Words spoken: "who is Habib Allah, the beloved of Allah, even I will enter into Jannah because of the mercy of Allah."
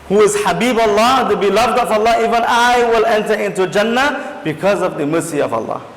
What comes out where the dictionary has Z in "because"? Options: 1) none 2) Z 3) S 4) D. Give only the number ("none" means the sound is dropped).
2